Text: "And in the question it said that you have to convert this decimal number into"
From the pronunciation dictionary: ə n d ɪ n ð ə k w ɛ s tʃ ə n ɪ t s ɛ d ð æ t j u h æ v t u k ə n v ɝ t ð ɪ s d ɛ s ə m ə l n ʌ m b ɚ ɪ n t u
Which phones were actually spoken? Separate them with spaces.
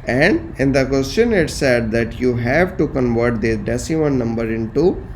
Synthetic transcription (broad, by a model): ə n d ɪ n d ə k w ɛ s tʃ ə n ɪ t s ɛ d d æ t j u h æ v t u k ə n v ɝ t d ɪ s d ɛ s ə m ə n n ʌ m b ɚ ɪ n t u